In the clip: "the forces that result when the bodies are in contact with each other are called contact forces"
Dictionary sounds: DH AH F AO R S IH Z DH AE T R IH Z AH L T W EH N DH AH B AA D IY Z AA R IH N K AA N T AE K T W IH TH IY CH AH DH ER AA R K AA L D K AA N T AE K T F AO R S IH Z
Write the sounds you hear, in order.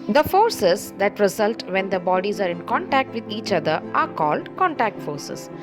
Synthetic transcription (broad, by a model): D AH F AO R S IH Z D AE T R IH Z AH L T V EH N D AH B AA D IY Z AA R IH N K AA N T AE K T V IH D IY CH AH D ER AA R K AA L D K AA N T AE K T F AO R S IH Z